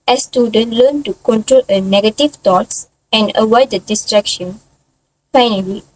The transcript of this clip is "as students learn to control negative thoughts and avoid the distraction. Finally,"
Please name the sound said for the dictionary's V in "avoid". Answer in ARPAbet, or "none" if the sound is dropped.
W